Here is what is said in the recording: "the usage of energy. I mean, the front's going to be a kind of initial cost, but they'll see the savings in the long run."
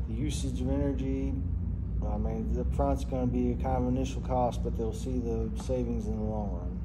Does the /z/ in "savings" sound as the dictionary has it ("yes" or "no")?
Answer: yes